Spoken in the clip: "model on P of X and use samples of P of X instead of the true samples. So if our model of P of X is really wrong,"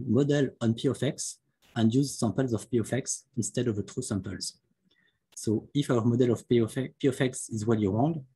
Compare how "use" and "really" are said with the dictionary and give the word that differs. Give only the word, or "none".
really